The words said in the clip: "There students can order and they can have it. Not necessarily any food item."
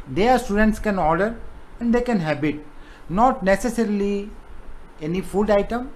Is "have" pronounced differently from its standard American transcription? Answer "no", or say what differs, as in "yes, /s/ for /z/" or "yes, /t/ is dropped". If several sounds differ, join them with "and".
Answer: yes, /b/ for /v/